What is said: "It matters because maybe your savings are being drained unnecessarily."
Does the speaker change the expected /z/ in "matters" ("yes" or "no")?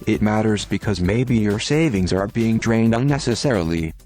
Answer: no